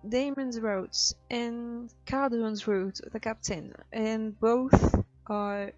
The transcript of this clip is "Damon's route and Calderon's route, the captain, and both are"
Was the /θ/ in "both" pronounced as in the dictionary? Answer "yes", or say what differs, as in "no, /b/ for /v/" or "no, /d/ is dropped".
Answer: yes